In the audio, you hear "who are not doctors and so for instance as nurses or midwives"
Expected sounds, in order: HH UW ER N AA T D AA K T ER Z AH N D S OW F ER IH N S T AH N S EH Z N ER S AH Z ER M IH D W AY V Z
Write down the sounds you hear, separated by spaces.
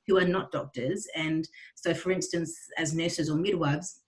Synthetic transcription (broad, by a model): HH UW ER N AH T D AA K T ER Z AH N S OW F ER IH N S T AH N S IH Z N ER S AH Z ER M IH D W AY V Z